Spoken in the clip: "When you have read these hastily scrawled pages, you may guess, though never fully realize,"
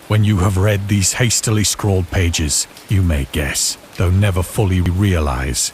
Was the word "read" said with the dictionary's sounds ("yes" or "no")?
yes